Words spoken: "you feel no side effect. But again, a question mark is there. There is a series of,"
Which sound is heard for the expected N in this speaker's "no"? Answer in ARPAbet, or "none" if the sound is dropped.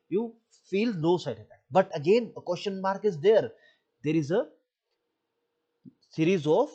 L